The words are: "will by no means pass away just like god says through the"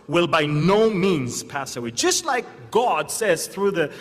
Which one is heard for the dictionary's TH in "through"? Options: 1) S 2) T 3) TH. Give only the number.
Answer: 3